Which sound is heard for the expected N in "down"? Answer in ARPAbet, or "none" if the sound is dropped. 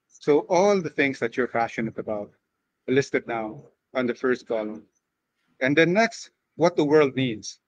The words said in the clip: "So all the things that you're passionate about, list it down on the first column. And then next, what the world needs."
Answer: none